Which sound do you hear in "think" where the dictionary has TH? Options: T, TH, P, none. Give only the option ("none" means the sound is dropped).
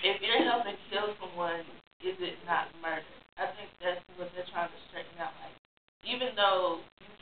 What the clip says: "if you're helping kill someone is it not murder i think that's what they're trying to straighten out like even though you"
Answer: TH